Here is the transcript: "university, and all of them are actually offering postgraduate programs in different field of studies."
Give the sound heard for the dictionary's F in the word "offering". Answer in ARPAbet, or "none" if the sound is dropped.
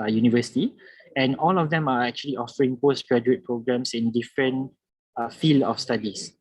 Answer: F